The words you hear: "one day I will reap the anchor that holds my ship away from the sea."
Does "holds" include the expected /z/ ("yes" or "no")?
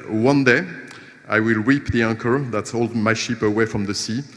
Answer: no